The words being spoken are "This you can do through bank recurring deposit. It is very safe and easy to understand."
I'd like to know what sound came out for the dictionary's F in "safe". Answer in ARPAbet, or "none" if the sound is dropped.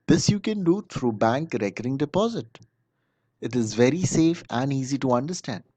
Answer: F